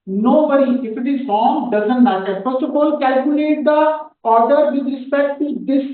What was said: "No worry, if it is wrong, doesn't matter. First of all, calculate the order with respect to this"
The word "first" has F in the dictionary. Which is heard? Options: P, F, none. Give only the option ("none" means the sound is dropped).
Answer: P